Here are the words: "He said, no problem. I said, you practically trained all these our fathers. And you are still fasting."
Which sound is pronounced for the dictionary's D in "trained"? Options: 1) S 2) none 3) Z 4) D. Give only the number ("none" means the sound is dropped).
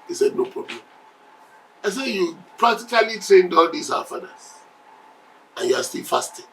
4